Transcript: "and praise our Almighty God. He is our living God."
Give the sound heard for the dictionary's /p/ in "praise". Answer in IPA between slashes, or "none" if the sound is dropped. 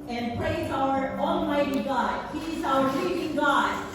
/p/